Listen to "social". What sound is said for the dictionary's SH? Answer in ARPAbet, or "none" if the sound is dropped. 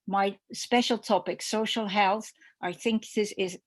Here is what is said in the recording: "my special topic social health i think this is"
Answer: SH